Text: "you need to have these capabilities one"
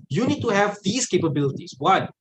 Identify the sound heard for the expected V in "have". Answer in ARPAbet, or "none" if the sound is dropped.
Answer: V